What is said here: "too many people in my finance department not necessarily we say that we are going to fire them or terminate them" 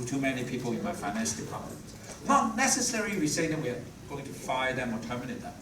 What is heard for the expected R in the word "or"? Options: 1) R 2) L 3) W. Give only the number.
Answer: 2